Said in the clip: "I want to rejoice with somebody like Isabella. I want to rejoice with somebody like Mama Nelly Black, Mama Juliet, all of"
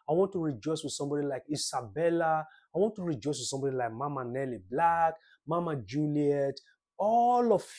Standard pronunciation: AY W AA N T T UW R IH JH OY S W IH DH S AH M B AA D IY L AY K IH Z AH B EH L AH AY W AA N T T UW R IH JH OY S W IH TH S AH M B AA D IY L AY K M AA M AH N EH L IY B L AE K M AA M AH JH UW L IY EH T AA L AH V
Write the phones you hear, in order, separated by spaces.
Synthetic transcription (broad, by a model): AY W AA N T T UW R IH JH OY S W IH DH S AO M B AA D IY L AY K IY S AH B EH L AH AY W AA N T T UW R IH JH OY S W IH S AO M B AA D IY L AY K M AA M AH N EH L IY B L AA K M AA M AH JH UW L IY EH T AA L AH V